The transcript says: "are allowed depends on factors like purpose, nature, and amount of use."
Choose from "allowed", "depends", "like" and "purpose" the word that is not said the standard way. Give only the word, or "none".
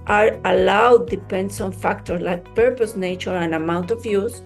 depends